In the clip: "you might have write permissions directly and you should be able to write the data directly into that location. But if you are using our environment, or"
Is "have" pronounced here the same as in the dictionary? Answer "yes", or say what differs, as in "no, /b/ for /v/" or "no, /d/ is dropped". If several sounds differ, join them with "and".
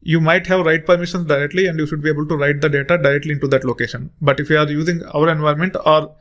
yes